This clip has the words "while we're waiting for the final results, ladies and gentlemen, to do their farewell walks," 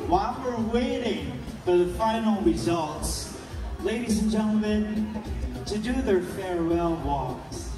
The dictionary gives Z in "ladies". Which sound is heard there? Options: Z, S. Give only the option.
Z